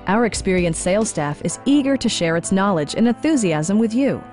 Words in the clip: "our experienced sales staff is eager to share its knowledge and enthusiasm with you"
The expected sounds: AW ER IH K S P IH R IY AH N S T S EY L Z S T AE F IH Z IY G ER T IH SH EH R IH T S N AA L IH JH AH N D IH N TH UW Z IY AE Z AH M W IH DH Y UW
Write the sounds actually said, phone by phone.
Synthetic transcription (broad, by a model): AW ER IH K S P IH R IY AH N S S EY L S T AE F IH Z IY G ER T IH SH EH R IH T S N AA L IH JH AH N IH N TH UW Z IY AE Z AH M W IH DH Y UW